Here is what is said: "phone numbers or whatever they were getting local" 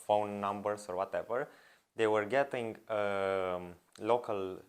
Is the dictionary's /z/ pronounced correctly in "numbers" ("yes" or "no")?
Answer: no